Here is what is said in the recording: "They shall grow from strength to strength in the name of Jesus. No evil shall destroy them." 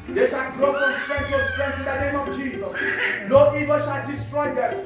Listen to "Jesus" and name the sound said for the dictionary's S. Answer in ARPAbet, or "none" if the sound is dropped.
S